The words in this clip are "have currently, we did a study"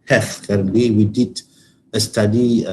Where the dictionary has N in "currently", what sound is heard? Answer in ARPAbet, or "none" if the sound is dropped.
none